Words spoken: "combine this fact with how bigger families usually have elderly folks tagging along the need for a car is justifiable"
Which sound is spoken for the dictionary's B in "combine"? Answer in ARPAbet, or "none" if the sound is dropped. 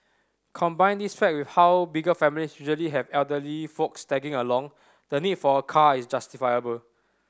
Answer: B